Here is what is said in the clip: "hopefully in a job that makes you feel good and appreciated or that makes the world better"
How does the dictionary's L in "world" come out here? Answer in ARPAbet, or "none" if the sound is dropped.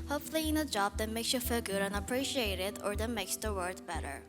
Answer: none